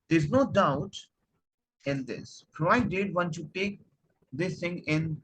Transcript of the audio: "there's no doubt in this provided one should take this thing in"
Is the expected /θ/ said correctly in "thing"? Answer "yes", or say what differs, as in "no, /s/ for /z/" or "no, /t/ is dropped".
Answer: no, /t/ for /θ/